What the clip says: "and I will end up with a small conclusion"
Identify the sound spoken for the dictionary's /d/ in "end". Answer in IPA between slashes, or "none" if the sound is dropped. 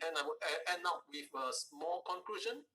none